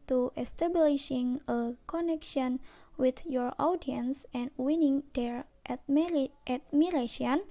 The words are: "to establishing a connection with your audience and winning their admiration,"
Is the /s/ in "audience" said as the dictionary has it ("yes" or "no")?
yes